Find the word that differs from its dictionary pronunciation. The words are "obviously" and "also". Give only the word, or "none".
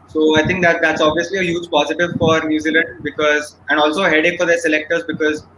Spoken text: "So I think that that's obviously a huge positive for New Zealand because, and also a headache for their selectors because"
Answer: none